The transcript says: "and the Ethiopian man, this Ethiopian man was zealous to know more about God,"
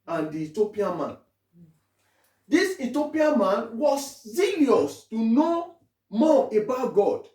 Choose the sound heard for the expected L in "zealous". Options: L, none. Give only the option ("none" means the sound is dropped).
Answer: none